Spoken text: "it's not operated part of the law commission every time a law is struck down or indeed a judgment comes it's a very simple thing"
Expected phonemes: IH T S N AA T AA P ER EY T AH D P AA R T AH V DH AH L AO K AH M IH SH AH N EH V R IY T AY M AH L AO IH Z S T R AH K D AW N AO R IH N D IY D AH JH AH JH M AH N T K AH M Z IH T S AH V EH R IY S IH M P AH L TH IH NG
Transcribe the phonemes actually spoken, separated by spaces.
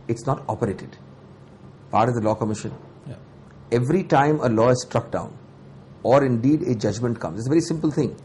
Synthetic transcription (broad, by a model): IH T S N AA T AA P ER EY T AH D P AA R T AH V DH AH L AO K AH M IH SH AH N EH V R IY T AY M AH L AO IH Z S T R AH K D AW N AO R IH N D IY D AH JH AH JH M AH N T K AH M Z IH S AH V EH R IY S IH M P AH L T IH NG